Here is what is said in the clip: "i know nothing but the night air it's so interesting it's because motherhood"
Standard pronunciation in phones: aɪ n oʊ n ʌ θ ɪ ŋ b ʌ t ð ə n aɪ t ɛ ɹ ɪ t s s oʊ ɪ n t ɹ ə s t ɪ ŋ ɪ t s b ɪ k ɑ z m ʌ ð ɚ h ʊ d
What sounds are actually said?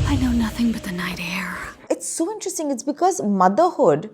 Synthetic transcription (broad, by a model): aɪ n oʊ n ʌ θ ɪ ŋ b ʌ t ð ə n aɪ t ɛ ɹ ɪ t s s oʊ ɪ n t ɹ ə s t ɪ ŋ ɪ t s b ɪ k ɑ z m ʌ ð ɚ h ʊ d